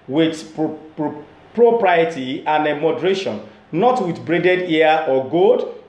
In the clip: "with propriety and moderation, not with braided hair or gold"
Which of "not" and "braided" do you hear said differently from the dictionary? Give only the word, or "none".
none